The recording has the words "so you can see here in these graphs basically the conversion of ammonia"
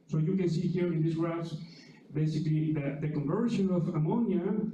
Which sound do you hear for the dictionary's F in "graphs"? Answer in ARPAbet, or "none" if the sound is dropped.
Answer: none